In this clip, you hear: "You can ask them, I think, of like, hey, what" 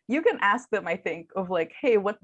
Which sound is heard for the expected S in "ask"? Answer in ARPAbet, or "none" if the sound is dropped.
S